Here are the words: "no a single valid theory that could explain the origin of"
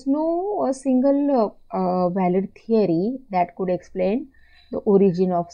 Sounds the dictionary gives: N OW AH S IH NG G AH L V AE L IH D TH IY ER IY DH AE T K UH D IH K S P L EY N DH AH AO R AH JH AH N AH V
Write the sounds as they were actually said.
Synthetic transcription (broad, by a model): N OW AH S IH NG G AH L V AE L IH D T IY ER IY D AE T K UH D IH K S P L EY N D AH AO R AH JH AH N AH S